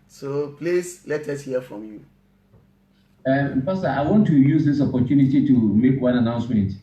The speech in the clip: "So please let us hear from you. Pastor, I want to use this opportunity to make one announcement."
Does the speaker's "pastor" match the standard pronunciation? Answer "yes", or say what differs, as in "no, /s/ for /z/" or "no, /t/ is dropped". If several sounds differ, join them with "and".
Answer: no, /f/ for /p/